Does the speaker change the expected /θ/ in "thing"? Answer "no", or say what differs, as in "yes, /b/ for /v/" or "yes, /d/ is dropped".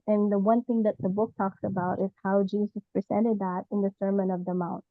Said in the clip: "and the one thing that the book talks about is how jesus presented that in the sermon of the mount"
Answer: no